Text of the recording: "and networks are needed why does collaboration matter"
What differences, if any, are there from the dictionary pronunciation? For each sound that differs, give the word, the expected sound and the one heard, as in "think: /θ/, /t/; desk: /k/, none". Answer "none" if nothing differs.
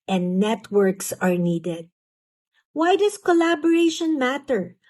does: /z/, /s/